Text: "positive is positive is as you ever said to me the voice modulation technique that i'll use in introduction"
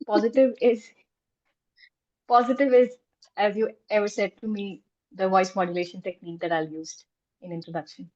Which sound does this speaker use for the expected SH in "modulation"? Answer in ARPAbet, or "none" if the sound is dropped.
SH